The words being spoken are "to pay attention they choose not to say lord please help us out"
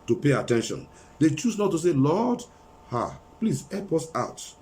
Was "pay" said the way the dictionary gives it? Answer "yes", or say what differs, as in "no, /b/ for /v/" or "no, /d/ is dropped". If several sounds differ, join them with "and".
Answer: yes